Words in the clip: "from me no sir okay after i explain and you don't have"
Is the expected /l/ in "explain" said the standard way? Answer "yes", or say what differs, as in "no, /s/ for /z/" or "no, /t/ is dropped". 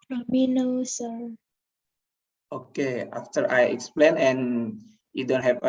yes